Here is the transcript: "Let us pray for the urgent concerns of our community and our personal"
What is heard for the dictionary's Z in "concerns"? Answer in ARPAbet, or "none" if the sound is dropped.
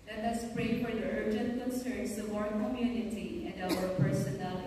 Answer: S